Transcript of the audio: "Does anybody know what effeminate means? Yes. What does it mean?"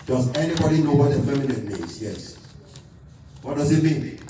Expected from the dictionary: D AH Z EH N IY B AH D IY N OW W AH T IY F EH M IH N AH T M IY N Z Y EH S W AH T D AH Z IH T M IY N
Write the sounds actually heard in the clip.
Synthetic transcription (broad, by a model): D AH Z EH N IY B AH D IY N OW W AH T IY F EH M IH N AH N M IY Z Y EH S W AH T D AH Z IH T M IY N